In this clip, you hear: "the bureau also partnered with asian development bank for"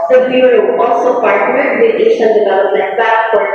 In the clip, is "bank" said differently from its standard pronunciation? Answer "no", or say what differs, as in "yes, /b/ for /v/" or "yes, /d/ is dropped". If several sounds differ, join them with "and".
yes, /ŋ/ is dropped